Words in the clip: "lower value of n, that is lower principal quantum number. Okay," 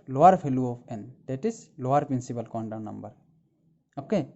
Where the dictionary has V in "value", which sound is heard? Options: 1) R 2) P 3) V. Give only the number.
2